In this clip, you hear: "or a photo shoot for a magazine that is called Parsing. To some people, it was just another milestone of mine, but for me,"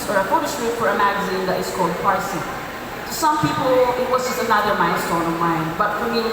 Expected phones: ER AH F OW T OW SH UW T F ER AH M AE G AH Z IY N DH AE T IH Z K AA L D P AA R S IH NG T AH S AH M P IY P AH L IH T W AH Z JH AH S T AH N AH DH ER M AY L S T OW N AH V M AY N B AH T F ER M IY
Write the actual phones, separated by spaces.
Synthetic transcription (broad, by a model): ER AH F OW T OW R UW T F ER AH M AE G AH Z IY N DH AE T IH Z K AA L D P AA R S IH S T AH S AH M P IY P AH L IH T W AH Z JH AH S T AH N AH DH ER M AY N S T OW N AH V M AY N B AH T F ER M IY